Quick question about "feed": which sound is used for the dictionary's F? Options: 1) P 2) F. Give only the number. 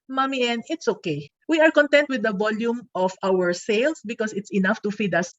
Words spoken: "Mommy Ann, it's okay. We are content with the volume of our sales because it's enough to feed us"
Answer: 2